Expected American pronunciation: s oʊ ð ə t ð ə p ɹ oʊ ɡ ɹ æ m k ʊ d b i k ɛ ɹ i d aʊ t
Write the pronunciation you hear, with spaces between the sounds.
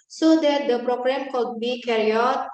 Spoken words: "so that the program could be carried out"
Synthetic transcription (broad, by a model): s oʊ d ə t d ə p ɹ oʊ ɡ ɹ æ m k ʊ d b i k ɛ ɹ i aʊ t